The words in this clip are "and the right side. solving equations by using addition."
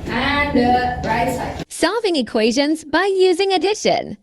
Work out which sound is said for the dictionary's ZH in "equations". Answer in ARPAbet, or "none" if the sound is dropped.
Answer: ZH